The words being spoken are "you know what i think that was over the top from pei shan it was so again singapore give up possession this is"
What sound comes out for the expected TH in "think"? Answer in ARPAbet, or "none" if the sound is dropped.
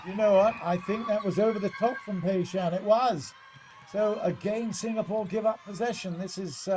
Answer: TH